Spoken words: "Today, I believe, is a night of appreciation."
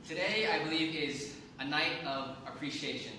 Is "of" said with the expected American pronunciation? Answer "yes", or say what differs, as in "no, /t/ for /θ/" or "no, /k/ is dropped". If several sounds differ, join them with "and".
yes